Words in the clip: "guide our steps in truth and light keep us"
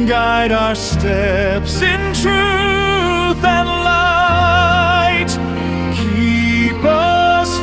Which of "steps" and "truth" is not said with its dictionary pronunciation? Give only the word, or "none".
none